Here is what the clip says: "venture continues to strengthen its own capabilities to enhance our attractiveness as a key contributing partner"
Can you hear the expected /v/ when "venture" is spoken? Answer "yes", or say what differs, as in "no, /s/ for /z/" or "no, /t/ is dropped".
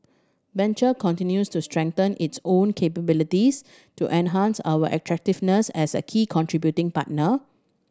no, /b/ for /v/